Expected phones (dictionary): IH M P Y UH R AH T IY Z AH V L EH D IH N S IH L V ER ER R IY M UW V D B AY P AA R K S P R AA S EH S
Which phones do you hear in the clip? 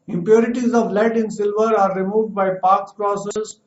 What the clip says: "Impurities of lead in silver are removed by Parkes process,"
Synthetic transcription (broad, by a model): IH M P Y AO R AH T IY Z AH V L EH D IH N S IH L V ER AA R IY M UW V D B AY P AA R K S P R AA S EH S